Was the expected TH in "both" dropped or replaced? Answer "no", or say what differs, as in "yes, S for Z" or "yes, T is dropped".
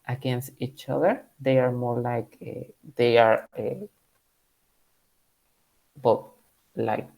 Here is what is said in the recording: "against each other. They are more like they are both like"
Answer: yes, T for TH